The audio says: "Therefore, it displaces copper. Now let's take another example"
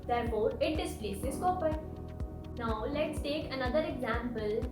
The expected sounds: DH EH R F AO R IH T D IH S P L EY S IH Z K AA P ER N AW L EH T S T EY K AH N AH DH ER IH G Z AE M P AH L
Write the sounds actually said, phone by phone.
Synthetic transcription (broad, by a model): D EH R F AO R IH T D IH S P L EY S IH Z K AA P ER N AW L EH T S T EY K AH N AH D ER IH G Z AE M P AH L